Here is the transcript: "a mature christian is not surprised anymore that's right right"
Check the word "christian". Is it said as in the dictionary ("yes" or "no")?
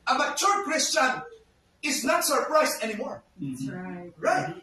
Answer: yes